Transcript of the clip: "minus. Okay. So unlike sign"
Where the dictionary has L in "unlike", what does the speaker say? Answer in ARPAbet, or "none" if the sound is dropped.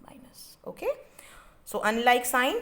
L